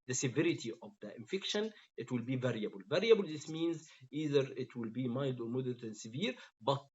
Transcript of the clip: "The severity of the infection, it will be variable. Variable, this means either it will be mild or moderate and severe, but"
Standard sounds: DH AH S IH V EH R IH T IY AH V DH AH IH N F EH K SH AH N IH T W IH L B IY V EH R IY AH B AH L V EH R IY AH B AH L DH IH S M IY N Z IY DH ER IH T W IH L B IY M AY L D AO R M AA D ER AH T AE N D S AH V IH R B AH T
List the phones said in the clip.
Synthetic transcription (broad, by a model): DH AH S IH V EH R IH T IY AH V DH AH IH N F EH K SH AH N IH T W IH L B IY V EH R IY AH B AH L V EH R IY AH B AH L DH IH S M IY N Z IY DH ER IH T W IH L B IY M AY L D AO R M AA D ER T AE N D S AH V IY R B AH T